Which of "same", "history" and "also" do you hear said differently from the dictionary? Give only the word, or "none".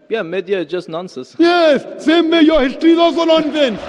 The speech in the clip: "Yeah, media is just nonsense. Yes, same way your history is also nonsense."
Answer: also